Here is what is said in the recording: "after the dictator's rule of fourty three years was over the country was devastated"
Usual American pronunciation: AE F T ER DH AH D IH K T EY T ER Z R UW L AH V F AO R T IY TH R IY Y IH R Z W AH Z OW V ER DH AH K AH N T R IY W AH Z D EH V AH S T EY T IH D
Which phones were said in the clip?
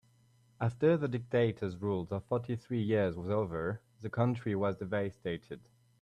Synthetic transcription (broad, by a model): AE F T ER DH AH D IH K T EY T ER Z R UW L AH F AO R T IY TH R IY Y IH R Z W AH Z OW V ER DH AH K AH N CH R IY W AH Z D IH V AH S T EY T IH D